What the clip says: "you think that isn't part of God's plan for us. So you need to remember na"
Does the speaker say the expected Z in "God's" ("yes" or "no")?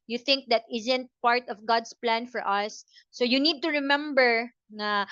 no